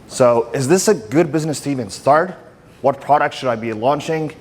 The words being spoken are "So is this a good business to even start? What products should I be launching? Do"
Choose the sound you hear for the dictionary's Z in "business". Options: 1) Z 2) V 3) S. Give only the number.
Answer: 1